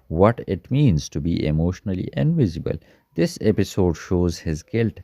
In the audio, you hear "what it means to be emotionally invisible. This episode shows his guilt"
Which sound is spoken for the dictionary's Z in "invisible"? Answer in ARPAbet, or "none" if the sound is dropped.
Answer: Z